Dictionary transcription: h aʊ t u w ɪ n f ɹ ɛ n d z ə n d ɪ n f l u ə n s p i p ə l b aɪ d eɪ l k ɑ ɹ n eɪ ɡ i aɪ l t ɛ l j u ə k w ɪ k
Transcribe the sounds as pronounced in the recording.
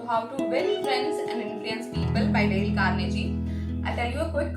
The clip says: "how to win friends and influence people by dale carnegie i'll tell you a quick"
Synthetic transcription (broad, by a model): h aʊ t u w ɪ l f ɹ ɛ n d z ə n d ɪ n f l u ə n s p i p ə l b aɪ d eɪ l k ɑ ɹ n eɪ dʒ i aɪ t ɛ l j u ə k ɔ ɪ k